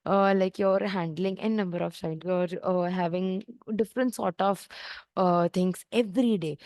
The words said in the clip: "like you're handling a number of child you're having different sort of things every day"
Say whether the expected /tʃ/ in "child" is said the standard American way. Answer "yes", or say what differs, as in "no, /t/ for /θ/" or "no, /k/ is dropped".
no, /ʃ/ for /tʃ/